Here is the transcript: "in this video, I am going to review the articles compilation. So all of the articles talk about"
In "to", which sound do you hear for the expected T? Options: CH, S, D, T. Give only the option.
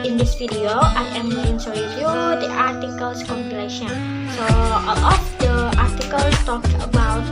S